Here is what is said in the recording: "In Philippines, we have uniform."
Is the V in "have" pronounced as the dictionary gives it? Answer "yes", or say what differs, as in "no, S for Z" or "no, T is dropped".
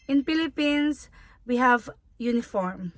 yes